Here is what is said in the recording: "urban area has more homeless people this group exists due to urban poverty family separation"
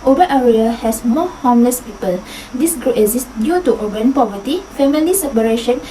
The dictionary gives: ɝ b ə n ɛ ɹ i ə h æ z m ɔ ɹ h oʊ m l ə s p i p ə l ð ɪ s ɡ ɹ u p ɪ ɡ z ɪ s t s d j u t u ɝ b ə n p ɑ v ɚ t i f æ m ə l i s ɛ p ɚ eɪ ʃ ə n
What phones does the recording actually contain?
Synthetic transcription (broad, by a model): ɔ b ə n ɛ ɹ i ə h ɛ s m ɔ h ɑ m l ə s p i p ə l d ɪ s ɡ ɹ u ɪ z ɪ s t d j u t u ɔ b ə n p ɑ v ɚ t i f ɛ m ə l i s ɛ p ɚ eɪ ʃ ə n